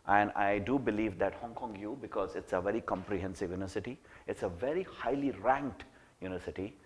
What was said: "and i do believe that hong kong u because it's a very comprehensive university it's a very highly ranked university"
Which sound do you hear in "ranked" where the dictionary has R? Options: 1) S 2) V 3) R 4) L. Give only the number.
3